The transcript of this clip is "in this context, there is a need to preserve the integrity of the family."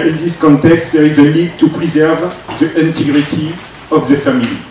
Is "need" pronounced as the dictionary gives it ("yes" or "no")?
no